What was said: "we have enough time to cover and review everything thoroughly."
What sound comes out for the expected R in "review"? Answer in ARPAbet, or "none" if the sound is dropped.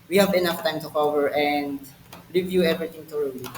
L